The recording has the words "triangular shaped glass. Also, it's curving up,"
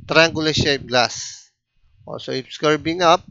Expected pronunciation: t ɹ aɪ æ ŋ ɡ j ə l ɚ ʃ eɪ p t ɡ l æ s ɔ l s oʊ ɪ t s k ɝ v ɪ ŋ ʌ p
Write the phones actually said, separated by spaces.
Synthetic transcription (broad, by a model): t ɹ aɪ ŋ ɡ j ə l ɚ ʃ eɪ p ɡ l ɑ s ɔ s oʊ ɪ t s k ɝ b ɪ ŋ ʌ p